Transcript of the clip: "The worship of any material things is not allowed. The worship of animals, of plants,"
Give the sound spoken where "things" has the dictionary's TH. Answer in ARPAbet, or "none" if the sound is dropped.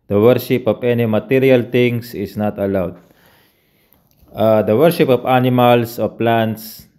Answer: T